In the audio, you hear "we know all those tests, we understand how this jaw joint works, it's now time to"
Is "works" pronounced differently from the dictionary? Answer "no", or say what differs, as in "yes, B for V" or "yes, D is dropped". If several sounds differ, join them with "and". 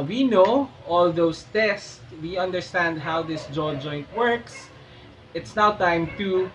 no